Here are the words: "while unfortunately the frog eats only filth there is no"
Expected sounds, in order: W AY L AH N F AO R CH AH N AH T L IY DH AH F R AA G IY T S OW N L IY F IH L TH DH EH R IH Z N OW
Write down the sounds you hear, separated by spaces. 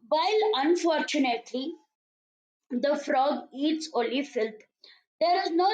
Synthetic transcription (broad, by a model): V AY L AH N F AO R CH AH N AH T L IY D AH F R AA G IY T S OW L IY F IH L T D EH R IH Z N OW